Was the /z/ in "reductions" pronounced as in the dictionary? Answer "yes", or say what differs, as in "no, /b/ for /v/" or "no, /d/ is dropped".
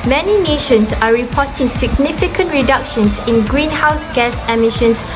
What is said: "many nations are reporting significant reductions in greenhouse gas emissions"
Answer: no, /s/ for /z/